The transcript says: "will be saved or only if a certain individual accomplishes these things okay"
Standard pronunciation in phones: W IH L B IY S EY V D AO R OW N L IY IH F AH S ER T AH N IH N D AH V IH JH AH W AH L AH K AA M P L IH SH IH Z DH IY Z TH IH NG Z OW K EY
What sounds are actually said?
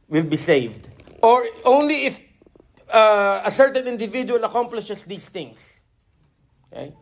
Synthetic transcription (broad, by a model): W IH L B IY S EY V D AO R OW N L IY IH F AH S ER T AH N IH N D AH V IH JH AH W AH L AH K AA M P L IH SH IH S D IY S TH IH NG S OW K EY